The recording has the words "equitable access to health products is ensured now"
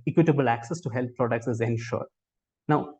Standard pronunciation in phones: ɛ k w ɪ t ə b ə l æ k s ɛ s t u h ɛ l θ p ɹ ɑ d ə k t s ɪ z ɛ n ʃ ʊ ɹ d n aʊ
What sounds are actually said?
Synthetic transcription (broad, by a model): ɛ k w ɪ t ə b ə l æ k s ɛ s t u h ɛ l t p ɹ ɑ d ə k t s ɪ z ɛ n ʃ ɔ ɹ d n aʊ